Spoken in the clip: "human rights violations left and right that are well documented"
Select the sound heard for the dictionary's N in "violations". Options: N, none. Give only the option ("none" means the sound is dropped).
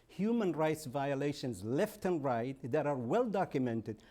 N